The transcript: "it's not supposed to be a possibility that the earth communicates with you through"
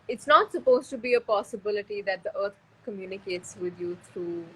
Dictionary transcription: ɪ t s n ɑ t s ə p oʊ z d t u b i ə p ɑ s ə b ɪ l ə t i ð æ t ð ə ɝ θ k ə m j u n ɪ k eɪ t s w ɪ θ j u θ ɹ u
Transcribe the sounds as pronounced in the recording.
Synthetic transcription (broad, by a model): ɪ t s n ɑ t s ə p oʊ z t u b i ə p ɑ s ə b ɪ l ə t i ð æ t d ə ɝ t k ə m j u n ɪ k eɪ t s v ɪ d j u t ɹ u